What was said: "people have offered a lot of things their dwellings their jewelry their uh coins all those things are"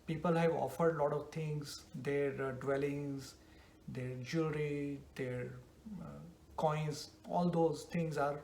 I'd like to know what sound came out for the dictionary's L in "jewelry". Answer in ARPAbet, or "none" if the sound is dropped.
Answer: none